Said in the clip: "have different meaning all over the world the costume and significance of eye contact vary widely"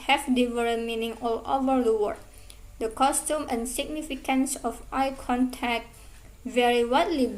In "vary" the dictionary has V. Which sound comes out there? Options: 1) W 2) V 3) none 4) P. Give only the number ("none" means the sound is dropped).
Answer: 2